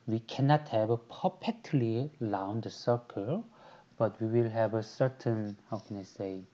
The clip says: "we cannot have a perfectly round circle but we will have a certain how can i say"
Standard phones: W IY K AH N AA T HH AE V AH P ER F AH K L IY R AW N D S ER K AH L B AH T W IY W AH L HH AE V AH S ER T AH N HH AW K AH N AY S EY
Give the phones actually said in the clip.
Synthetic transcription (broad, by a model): W IY K AH N AA T HH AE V AH P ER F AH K L IY L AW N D S ER K AH L B AH T W IY W AH L HH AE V AH S ER T AH N HH AW K AH N AY S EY